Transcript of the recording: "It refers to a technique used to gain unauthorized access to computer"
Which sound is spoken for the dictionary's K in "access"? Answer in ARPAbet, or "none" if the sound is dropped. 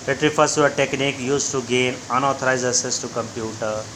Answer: none